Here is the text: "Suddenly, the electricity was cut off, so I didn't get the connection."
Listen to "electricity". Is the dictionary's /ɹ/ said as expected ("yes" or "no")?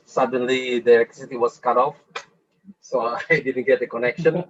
no